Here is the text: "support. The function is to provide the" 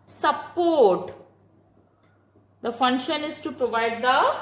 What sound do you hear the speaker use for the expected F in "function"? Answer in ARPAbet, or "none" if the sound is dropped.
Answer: F